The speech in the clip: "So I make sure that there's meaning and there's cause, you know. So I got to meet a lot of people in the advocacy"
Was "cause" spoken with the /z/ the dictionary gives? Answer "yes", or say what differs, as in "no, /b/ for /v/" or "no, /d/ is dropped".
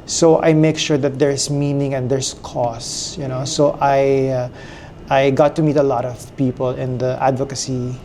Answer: no, /s/ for /z/